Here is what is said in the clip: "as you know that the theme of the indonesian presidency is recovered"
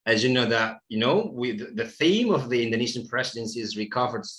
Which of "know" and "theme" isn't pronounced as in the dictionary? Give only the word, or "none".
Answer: none